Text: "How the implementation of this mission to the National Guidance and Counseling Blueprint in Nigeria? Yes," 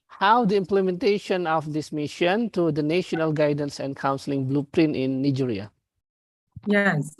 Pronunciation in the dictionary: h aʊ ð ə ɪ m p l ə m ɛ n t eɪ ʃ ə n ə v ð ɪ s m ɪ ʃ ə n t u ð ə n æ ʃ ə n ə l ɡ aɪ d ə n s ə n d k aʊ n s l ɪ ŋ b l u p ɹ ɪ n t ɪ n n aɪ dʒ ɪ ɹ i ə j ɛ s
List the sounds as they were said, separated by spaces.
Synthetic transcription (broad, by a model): h aʊ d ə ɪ m p l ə m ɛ n t eɪ ʃ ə n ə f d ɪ s m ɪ ʃ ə n t u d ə n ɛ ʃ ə n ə l ɡ aɪ d ə n s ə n k aʊ n s l ɪ ŋ b l u p ɹ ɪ n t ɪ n n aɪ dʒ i ɹ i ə j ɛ s